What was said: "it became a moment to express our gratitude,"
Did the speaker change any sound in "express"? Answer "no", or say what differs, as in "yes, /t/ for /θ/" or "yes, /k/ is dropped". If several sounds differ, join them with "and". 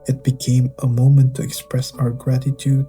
no